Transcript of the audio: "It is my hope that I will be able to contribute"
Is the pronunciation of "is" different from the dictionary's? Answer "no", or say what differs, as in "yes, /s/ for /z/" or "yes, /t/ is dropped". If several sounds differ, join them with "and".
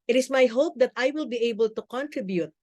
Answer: yes, /s/ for /z/